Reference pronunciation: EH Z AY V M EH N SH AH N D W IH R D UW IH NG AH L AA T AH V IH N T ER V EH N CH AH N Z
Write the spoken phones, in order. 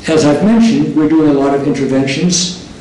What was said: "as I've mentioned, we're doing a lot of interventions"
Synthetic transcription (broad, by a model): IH Z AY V M EH N SH AH N D W IH R D UW IH NG AH L AA T AH V IH N T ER V EH N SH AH N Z